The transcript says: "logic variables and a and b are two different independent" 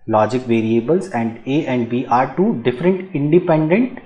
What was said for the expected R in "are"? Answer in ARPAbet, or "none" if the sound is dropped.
R